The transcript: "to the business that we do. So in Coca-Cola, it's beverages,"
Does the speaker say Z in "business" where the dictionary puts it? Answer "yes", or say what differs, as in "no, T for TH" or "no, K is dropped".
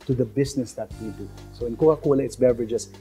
no, S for Z